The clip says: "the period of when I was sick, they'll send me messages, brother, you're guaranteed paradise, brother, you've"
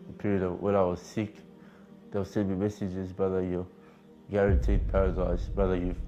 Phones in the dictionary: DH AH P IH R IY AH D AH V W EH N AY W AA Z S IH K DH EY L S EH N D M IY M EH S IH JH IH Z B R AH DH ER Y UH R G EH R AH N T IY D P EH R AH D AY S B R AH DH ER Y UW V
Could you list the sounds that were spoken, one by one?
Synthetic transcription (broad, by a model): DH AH P IH R IY AH D AH V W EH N AY W AA Z S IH K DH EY W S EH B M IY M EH S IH JH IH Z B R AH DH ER Y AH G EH R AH N T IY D P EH R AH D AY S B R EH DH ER Y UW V